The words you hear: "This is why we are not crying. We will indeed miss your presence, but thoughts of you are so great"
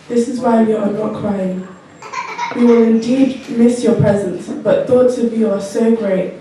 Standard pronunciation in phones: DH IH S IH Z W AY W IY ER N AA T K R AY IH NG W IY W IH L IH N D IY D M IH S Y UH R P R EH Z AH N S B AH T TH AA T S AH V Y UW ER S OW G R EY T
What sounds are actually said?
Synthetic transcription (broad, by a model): DH IH S IH Z W AY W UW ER N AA T K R AY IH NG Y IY W IH L IH N D IY D M IH S Y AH P R EH Z AH N S B AH T TH AA T S AH V Y UW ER S OW G R EY T